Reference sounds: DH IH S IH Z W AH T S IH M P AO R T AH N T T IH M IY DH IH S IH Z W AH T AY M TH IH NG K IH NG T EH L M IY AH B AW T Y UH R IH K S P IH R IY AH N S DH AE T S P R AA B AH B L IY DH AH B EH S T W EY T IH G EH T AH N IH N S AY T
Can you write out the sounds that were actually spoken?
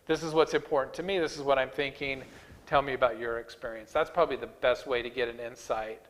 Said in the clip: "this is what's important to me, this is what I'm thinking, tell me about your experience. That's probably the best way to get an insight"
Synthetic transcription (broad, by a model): DH IH S IH Z W AH T S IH M P AO R T N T T IH M IY DH IH S IH Z W AH T AY M TH IH NG K IH NG T EH L M IY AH B AW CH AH R IH K S P IH R IY AH N S DH AE T S P R AA B AH B L IY DH AH B EH S T W EY T IH G EH T AH N IH N S AY T